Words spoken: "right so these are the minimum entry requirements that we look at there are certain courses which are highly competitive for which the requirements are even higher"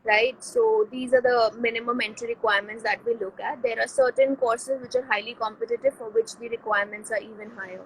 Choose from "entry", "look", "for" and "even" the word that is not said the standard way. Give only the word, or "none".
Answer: entry